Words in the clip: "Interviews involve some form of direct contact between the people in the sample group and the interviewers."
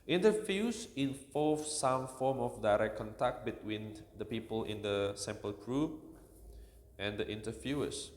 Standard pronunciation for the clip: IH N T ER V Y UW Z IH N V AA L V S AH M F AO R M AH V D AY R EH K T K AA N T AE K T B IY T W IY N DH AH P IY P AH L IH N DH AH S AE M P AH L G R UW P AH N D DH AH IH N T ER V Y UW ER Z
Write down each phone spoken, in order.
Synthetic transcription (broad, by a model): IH N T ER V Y UW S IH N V AA L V S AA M F AO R M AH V D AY R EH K K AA N T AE K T B IY T W IY N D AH P IY P AH L IH N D AH S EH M P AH L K R UW AH N D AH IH N T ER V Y UW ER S